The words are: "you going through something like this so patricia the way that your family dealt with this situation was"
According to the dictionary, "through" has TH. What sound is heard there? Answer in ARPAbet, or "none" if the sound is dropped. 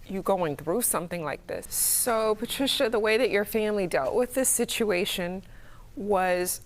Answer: TH